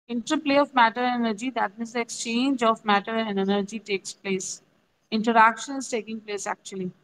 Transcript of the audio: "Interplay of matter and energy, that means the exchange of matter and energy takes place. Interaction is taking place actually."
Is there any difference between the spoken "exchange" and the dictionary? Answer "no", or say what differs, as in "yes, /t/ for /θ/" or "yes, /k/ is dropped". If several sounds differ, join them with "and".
no